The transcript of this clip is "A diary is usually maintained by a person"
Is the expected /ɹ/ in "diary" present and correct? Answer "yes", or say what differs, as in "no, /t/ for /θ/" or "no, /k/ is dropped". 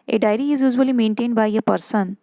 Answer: yes